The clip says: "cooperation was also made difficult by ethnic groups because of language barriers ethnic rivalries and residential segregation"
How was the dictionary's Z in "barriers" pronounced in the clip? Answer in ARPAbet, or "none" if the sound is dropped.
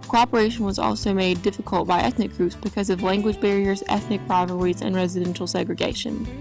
Z